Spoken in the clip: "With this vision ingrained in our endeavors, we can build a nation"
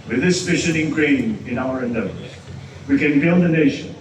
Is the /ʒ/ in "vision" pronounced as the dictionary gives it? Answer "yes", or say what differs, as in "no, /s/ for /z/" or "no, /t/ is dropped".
no, /ʃ/ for /ʒ/